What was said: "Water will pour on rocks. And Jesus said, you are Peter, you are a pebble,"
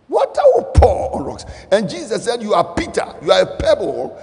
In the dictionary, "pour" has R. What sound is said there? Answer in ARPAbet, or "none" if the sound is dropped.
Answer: L